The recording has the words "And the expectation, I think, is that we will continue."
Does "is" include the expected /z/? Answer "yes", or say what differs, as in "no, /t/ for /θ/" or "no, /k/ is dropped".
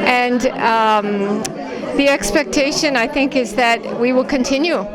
yes